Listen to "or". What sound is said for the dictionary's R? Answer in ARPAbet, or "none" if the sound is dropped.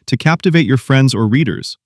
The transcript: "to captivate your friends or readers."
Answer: R